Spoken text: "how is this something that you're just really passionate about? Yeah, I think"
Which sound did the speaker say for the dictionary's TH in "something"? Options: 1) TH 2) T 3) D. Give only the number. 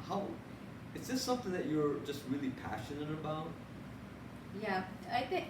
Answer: 1